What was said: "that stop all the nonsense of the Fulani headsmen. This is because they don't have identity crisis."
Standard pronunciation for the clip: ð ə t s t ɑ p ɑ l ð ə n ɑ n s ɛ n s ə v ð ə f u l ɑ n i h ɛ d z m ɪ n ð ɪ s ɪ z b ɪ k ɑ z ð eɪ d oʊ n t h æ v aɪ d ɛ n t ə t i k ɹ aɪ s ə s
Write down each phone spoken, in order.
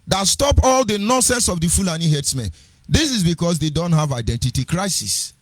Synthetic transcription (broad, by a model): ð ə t s t ɑ p ɑ l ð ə n ɑ n s ɛ n s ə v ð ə f u l ɑ n i h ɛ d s m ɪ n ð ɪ s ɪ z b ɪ k ɑ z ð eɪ d oʊ n t h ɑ v aɪ d ɛ n t ə t i k ɹ aɪ s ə s